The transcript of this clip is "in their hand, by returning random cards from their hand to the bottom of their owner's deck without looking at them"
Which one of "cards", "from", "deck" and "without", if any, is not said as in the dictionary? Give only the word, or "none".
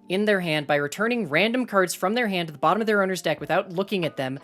none